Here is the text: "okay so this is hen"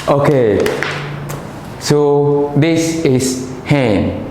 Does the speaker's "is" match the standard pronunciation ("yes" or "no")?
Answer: no